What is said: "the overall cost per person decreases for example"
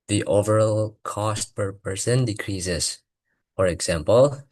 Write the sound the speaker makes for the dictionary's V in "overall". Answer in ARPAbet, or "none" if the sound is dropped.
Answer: V